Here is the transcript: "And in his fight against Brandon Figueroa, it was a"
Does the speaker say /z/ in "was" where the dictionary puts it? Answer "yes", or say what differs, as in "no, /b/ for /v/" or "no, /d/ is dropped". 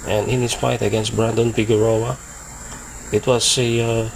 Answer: no, /s/ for /z/